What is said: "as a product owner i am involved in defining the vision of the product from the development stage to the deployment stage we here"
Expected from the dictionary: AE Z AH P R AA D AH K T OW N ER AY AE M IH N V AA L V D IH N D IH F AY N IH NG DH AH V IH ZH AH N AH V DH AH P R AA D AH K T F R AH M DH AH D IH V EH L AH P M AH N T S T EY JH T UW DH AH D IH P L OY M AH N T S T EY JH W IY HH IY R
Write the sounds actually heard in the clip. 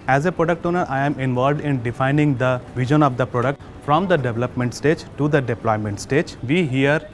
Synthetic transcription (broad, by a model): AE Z AH P R AA D AH K T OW N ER AY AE M IH N V AA L V D IH N D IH F AY N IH NG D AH V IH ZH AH N AH V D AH P R AA D AH K T F R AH M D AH D IH V EH L AH P M AH N T S T EY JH T UW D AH D IH P L OY M AH N T S T EY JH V IY HH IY R